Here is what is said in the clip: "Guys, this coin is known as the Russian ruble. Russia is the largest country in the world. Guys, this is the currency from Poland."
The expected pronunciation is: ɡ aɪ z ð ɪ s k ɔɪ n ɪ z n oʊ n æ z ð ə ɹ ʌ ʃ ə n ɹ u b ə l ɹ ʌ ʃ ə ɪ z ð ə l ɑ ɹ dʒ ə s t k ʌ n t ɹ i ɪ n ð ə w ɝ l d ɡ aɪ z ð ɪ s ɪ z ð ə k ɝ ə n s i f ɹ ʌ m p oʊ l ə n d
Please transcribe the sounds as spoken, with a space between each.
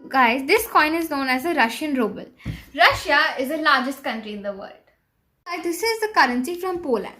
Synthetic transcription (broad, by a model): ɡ aɪ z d ɪ s k ɔɪ n ɪ z n oʊ n æ z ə ɹ ʌ ʃ ə n ɹ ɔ b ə l ɹ ʌ ʃ ə ɪ z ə l ɑ ɹ dʒ ə s t k ʌ n t ɹ i ɪ n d ə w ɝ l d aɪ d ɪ s ɪ z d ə k ɝ ə n s i f ɹ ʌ m p oʊ l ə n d